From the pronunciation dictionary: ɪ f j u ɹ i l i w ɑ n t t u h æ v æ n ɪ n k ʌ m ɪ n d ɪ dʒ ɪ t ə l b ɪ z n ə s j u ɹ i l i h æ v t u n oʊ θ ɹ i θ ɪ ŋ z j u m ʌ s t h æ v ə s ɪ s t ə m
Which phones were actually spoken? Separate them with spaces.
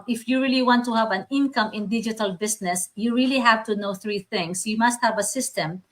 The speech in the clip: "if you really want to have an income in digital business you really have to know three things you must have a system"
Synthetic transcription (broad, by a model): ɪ f j u ɹ i l i w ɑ n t t u h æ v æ n ɪ n k ʌ m ɪ n d ɪ dʒ ɪ t ə l b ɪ s n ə s j u ɹ i l i h æ v t u n oʊ θ ɹ i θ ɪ ŋ s j u m ʌ s t h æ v ə s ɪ s t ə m